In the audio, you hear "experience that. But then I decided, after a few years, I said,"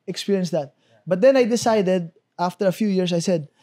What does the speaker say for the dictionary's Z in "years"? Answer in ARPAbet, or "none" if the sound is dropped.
S